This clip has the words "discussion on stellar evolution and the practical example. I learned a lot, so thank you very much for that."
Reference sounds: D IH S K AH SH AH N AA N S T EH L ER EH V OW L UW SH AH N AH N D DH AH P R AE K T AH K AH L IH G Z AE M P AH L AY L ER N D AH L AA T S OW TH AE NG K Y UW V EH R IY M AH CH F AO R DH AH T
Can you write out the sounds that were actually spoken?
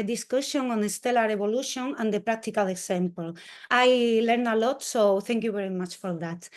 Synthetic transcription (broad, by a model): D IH S K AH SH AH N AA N S T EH L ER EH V OW L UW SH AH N AH N D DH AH P R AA K T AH K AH L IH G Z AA M P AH L AY L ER N AH L AA T S OW TH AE NG K Y UW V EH R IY M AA CH F AO R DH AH T